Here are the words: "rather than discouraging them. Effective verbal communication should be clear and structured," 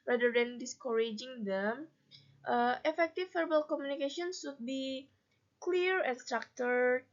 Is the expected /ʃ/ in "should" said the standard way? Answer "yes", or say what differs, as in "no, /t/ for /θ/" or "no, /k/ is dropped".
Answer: no, /s/ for /ʃ/